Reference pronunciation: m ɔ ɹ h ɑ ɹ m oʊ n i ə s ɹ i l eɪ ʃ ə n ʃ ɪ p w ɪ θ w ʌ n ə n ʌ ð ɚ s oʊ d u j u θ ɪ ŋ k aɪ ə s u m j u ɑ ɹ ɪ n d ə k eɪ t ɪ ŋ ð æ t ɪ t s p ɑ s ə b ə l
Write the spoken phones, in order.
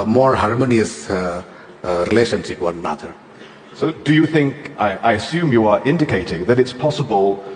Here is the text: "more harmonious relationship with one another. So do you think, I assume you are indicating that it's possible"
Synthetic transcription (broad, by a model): m ɔ ɹ h ɑ ɹ m oʊ n i ə s ɹ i l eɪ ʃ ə n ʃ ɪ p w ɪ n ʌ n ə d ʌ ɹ s oʊ d u j u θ ɪ ŋ k aɪ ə s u m j u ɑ ɹ ɪ n d ə k eɪ t ɪ ŋ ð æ t ɪ t s p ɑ s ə b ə l